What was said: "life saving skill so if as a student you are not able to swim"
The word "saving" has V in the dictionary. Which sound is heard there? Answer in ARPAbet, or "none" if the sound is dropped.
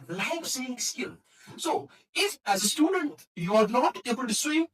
none